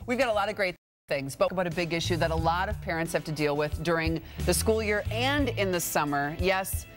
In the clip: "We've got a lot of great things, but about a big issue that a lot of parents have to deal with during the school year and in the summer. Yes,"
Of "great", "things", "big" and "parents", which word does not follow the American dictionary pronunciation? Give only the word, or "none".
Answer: none